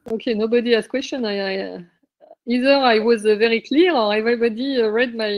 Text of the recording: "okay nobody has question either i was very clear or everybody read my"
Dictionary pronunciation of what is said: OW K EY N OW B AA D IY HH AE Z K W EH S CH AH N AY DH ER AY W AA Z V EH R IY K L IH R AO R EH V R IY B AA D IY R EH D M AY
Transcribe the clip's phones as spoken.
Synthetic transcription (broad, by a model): OW K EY N OW B AA D IY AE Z K W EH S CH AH N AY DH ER AY W AA Z V EH R IY K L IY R AO R EH V R IY B AA D IY R EH D M AY